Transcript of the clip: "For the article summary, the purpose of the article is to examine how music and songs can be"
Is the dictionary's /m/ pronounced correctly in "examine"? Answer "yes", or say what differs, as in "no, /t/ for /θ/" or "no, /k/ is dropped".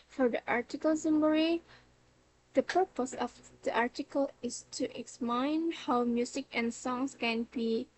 no, /m/ is dropped